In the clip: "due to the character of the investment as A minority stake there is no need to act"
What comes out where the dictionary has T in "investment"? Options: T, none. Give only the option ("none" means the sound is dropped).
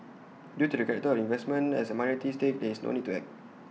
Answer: none